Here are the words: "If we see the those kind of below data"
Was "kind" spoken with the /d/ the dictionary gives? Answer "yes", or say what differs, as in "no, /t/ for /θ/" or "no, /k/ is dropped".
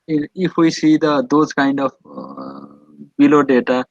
yes